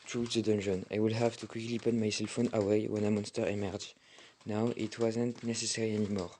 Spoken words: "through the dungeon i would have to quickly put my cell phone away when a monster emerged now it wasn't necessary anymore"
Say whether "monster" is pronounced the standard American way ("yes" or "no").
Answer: yes